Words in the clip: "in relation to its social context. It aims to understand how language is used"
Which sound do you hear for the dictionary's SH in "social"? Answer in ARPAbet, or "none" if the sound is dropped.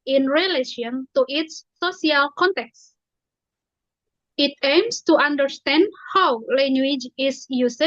none